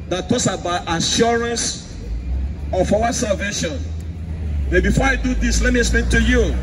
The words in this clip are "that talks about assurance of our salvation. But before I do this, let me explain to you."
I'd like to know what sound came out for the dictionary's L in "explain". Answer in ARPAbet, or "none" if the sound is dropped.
none